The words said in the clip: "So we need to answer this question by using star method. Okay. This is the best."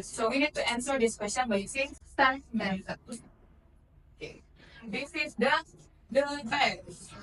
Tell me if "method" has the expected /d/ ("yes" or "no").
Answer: no